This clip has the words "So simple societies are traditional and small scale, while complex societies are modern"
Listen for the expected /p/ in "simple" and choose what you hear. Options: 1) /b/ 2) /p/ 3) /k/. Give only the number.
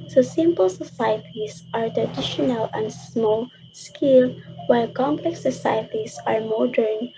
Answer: 2